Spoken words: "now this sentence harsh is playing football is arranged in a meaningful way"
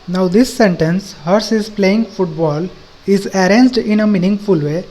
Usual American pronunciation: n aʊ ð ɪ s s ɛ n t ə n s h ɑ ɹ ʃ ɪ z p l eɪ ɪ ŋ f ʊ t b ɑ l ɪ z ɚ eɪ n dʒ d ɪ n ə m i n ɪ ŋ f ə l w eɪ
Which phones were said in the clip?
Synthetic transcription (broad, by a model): n aʊ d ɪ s s ɛ n t ə n s h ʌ ɹ s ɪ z p l eɪ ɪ ŋ f ʊ t b ɑ l ɪ z ɚ eɪ n dʒ d ɪ n ə m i n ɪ ŋ f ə l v eɪ